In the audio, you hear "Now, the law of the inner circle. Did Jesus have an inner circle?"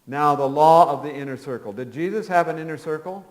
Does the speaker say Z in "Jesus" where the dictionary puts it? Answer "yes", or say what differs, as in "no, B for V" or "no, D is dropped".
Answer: yes